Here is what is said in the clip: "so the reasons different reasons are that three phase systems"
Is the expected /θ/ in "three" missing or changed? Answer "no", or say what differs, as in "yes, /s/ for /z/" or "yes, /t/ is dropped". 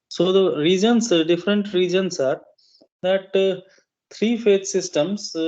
yes, /t/ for /θ/